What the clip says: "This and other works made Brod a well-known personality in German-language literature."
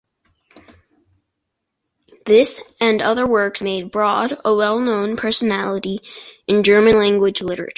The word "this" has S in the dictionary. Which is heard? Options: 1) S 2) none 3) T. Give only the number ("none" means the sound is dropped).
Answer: 1